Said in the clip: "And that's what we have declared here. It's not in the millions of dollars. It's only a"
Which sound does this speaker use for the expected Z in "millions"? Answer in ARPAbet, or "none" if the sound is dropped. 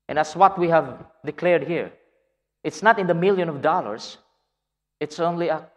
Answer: none